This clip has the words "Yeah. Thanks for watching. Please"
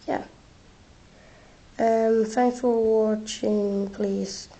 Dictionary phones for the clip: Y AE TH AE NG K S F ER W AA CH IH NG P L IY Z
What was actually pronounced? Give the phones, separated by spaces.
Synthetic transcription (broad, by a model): Y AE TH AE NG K F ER W AA CH IH NG P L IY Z